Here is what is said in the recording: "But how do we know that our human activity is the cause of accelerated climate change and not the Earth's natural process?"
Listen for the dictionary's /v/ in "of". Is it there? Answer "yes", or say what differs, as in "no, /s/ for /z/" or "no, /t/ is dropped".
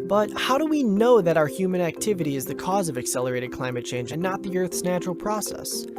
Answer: yes